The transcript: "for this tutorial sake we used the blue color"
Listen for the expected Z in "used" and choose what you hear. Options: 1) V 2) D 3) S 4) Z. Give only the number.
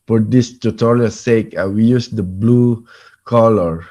3